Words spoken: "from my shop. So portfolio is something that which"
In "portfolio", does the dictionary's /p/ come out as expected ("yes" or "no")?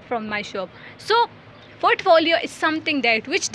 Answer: no